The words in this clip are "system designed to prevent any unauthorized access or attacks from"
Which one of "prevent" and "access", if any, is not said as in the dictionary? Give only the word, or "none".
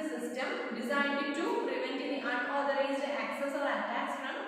none